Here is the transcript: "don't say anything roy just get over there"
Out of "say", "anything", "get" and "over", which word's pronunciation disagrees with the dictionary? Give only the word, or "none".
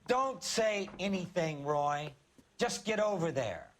none